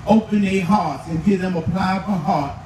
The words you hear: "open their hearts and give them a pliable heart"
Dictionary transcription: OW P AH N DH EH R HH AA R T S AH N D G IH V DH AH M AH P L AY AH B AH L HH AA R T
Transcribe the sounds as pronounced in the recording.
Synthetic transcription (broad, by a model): OW P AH N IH HH AA R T AH N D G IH DH AH M AH P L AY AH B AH HH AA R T